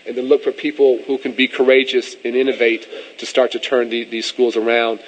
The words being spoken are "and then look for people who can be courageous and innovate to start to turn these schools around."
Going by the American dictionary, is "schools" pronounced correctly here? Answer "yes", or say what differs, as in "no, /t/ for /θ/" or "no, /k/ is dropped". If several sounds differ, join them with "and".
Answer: yes